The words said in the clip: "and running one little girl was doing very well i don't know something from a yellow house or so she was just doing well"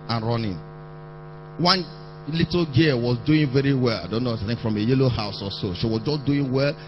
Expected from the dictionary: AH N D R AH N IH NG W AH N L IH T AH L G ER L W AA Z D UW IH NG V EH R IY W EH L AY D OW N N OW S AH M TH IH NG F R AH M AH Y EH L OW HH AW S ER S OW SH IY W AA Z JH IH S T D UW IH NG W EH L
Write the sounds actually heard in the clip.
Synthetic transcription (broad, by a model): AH N R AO N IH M W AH N L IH T L G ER W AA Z D UW IH NG V EH R IY W EH L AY D OW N N OW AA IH TH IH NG F R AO M AH Y EH L OW HH AW S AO S OW SH IY W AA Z JH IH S D UW IH NG W EH L